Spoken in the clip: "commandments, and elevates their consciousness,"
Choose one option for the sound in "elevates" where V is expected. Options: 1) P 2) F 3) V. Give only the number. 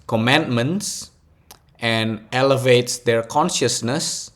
3